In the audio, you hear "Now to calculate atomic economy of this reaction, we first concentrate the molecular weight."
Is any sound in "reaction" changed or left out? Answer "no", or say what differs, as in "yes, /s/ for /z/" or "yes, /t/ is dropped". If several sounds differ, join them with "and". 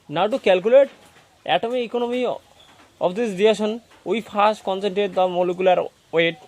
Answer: yes, /k/ is dropped